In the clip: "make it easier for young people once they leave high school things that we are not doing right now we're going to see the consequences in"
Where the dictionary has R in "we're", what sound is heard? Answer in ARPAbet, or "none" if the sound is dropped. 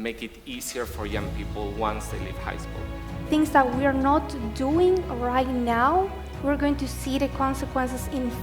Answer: R